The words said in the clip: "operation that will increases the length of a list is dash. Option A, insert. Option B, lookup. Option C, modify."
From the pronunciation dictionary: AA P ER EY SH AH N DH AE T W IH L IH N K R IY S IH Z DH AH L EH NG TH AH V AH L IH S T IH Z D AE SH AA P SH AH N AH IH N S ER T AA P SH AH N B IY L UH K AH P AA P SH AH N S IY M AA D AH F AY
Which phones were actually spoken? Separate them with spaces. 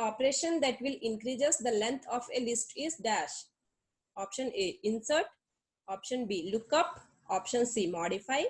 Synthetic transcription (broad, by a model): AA P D EY SH AH N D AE T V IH L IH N K R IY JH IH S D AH L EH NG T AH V AH L IH S T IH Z D AE SH AA P SH AH N AH IH N S ER T AA P SH AH N B IY L UH K AH P AA P SH AH N S IY M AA D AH F AY